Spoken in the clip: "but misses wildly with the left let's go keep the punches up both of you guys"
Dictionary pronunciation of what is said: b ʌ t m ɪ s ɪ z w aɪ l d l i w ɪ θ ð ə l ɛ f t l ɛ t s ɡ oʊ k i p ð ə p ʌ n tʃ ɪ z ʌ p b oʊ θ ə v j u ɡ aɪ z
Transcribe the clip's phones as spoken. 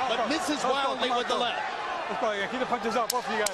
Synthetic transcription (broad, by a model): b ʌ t m ɪ s ɪ z w aɪ l d l i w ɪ ð ə l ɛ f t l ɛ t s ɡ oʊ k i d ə p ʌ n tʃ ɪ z ʌ p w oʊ f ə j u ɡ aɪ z